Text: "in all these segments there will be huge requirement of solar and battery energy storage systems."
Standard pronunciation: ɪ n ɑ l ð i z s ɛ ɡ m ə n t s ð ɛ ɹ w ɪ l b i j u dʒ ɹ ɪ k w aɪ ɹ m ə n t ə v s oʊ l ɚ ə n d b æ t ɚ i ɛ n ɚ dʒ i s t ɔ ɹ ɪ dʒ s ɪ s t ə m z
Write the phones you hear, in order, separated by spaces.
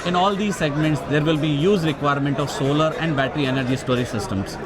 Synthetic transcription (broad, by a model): ɪ n ɑ l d i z s ɛ ɡ m ə n t s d ɛ ɹ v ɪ l b i j u z ɹ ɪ k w aɪ ɹ m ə n t ə v s oʊ l ɚ ə n d b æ t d i ɛ n ɚ dʒ i s t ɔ ɹ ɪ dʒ s ɪ s t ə m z